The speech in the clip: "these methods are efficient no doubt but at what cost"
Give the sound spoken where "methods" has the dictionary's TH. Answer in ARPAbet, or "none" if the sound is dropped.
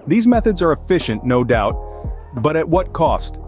TH